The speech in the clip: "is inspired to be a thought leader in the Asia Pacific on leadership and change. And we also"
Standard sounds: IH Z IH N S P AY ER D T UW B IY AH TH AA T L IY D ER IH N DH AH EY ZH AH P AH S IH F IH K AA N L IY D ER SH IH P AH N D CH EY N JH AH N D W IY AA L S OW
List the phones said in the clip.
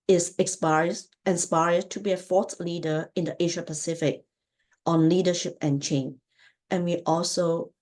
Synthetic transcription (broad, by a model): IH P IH N S P AY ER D T UW B IY AH F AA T L IY D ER IH N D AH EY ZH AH P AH S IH F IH K AA N L IY D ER SH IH P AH N CH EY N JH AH N W IY AA L S OW